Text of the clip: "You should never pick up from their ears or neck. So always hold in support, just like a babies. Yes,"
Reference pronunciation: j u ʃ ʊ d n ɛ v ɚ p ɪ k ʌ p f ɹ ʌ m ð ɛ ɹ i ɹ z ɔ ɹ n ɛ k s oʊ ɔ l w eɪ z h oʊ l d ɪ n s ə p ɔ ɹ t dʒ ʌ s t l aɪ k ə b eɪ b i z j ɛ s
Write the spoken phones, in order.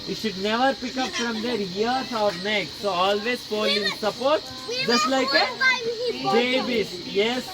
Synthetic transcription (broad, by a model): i ʃ ʊ d n ɛ v ɚ p ɪ k ʌ p f ɹ ʌ m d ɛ ɹ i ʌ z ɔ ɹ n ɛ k s oʊ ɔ l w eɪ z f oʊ l ɪ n s ə p ɔ ɹ t dʒ ʌ s t l aɪ k ə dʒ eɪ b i s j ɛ s